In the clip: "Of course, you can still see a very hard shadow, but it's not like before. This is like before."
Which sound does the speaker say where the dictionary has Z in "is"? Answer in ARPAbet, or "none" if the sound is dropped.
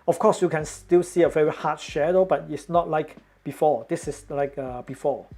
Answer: S